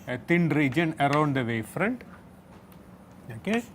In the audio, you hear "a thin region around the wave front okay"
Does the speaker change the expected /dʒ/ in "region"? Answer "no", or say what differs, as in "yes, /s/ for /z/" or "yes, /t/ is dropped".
no